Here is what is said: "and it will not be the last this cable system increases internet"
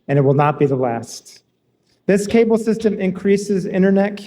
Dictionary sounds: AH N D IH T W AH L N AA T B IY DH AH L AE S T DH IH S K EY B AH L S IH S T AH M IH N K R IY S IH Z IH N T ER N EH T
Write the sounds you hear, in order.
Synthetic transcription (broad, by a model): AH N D IH T W AH L N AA T B IY DH AH L AE S T DH IH S K EY B L S IH S T AH M IH N K R IY S IH Z IH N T ER N EH T